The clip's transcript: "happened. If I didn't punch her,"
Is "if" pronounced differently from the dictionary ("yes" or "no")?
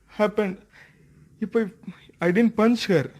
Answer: yes